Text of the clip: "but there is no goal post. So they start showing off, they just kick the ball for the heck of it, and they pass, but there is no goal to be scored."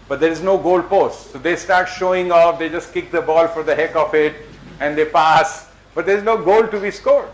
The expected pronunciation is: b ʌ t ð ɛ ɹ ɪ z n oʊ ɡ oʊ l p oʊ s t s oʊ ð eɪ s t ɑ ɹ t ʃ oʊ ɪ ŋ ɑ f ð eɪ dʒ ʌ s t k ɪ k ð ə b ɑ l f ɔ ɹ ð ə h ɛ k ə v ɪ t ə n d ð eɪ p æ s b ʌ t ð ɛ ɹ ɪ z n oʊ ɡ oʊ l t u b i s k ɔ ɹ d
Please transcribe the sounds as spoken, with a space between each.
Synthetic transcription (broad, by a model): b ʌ t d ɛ ɹ ɪ z n oʊ ɡ oʊ l p oʊ s t s oʊ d eɪ s t ɑ ɹ t ʃ oʊ ɪ ŋ ɑ f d eɪ dʒ ʌ s t k ɪ k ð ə b ɑ l f ɔ ɹ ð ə h ɛ k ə f ɪ t ə n d eɪ p æ s b ʌ t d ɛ ɹ ɪ z n oʊ ɡ oʊ l t u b i s k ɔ ɹ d